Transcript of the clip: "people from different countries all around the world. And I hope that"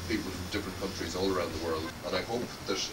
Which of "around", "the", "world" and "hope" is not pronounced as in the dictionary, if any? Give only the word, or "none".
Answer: none